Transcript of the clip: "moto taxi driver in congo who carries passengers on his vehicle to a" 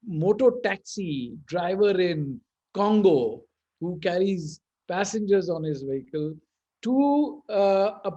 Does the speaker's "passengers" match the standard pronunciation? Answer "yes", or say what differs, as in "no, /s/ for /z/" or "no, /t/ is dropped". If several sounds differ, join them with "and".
yes